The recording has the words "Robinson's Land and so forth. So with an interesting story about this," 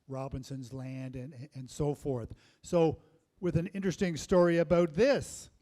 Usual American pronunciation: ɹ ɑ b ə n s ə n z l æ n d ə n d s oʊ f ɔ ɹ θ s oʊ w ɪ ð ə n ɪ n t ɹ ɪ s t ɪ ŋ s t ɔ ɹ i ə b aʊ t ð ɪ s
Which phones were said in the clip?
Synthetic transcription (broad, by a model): ɹ ɑ b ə n s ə n z l æ n d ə n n s oʊ f ɔ ɹ θ s oʊ w ɪ ð ə n ɪ n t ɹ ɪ s t ɪ ŋ s t ɔ ɹ i ə b aʊ t ð ɪ s